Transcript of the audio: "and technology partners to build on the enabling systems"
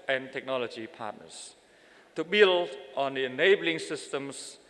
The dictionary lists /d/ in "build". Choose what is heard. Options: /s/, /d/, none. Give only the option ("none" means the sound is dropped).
none